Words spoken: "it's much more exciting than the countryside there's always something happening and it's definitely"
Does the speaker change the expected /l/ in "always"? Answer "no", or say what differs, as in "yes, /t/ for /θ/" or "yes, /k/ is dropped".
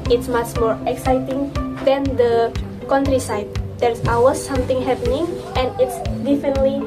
yes, /l/ is dropped